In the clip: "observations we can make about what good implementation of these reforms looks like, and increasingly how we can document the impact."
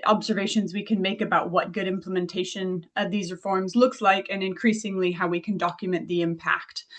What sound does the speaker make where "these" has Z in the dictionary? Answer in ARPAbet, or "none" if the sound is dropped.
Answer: Z